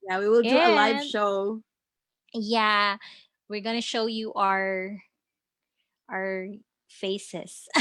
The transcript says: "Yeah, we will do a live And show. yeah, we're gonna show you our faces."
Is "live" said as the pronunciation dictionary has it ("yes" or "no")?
no